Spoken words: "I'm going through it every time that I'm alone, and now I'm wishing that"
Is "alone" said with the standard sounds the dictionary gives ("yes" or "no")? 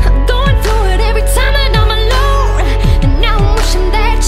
no